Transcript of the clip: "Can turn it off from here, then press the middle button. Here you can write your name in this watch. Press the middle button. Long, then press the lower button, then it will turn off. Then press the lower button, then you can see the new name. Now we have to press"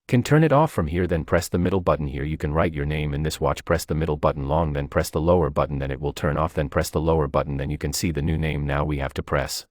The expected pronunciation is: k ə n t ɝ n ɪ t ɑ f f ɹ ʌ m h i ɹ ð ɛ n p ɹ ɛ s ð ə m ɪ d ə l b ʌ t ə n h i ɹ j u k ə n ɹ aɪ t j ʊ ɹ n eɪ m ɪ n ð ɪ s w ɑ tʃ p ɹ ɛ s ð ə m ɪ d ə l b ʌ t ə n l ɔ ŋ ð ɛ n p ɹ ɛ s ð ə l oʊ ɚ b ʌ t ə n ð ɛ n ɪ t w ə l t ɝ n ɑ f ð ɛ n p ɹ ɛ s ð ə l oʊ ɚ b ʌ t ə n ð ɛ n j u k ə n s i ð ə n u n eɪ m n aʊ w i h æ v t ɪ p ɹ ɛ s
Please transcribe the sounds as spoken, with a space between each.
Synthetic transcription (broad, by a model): k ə n t ɝ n ɪ t ɑ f f ɹ ʌ m h i ɹ ð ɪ n p ɹ ɛ s ð ə m ɪ d l b ʌ t n h i ɹ j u k ə n ɹ aɪ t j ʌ ɹ n eɪ m ɪ n ð ɪ s w ɑ tʃ p ɹ ɛ s ð ə m ɪ d l b ʌ t n l ɔ ŋ ð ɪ n p ɹ ɛ s ð ə l oʊ ɚ b ʌ t n ð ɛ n ɪ t w ə l t ɝ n ɑ f ð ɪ n p ɹ ɛ s ð ə l oʊ ɚ b ʌ t n ð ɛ n j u k ə n s i ð ə n u n eɪ m n aʊ w i h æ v t ɪ p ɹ ɛ s